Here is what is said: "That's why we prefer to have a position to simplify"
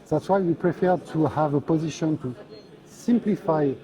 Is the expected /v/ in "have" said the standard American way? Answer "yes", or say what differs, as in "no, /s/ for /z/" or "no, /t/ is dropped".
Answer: yes